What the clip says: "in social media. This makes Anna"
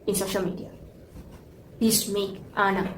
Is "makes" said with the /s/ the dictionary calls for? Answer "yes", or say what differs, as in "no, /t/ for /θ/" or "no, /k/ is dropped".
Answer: no, /s/ is dropped